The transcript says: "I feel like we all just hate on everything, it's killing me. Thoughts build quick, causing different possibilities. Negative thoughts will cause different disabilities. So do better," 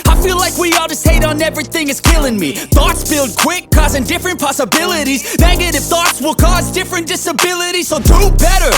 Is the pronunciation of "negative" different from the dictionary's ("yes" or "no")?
yes